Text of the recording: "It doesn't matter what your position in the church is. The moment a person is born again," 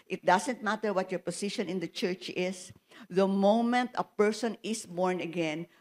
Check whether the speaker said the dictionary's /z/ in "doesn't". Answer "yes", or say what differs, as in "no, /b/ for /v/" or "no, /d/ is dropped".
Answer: no, /s/ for /z/